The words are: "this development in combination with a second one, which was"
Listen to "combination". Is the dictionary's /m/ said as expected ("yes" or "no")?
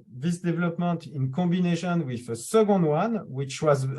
no